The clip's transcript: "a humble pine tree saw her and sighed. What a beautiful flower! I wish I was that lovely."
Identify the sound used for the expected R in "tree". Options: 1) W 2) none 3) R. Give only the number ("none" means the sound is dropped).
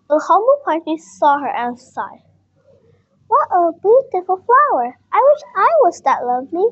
2